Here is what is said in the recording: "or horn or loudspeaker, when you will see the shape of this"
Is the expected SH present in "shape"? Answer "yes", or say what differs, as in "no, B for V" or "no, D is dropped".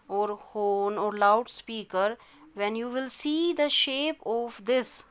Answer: yes